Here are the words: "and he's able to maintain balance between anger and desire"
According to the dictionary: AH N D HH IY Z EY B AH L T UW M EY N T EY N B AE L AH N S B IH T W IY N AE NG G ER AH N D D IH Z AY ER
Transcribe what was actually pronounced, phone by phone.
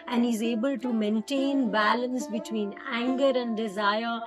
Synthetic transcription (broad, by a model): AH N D HH IY Z EY B AH L T UW M EY N T EY N B AE L AH N S B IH T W IY N AE NG G ER AH N D D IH Z AY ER